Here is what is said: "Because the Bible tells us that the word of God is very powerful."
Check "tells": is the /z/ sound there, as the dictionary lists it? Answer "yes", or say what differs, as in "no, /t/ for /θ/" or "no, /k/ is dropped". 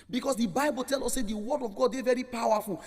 no, /z/ is dropped